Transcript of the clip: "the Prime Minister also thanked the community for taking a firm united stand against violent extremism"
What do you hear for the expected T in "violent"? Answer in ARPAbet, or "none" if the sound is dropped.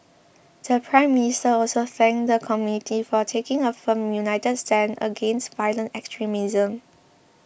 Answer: T